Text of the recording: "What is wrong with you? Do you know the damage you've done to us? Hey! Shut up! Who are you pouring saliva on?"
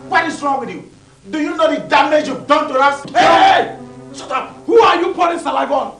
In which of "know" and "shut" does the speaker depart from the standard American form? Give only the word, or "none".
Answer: shut